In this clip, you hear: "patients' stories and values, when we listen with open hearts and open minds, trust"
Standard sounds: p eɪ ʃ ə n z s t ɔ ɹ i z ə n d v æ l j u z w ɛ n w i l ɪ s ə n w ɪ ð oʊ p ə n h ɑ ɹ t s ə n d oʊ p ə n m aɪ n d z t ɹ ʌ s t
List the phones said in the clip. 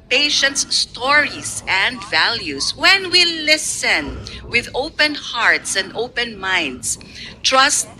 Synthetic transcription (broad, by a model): p eɪ ʃ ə n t s t ɔ ɹ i s ə n d v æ l j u s w ɛ n w i l ɪ s ə n w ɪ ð oʊ p ə n h ɑ ɹ t s ə n d oʊ p ə n m aɪ n d s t ɹ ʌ s t